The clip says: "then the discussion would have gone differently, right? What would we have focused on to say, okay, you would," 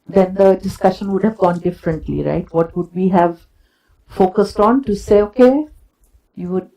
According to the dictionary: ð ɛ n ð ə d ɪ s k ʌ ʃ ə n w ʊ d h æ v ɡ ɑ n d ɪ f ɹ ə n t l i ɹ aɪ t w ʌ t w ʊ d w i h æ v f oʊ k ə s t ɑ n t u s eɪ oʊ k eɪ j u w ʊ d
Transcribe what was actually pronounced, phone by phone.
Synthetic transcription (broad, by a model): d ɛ n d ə d ɪ s k ʌ ʃ ə n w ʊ d h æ v ɡ ɑ n d ɪ f ɹ ə n t l i ɹ aɪ t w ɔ t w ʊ d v i h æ v f oʊ k ə s t ɑ n t u s eɪ oʊ k eɪ j u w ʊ d